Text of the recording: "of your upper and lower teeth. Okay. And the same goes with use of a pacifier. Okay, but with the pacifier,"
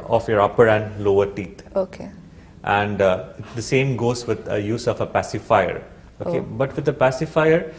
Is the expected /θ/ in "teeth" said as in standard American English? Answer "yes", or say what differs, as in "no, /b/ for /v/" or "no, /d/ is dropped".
no, /t/ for /θ/